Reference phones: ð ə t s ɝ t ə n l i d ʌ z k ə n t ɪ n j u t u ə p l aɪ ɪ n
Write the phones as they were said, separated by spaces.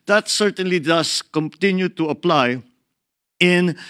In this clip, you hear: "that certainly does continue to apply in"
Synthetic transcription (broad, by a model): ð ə t s ɝ t ə n l i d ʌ s k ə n t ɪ n j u t u ə p l aɪ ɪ n